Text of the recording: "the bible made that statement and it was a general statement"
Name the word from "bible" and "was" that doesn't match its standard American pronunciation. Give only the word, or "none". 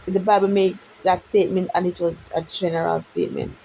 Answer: none